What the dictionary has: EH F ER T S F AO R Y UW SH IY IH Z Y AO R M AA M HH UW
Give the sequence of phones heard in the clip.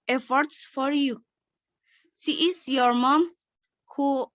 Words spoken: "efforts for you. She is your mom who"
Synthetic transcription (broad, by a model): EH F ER T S F AO R Y UW S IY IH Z Y AO R M AA M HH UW